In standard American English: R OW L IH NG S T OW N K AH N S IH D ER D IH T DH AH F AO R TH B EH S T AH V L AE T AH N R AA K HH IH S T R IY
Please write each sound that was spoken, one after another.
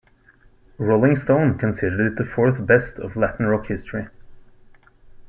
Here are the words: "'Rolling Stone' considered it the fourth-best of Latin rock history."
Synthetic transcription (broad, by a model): R OW L IH NG S T OW N K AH N S IH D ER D IH T DH AH F AO R TH B EH S T AH V L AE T N R AA K HH IH S T R IY